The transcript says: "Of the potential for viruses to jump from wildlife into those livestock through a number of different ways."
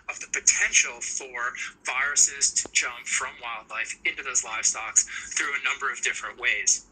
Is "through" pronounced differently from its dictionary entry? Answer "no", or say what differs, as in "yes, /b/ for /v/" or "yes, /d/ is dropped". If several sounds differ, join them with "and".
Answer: no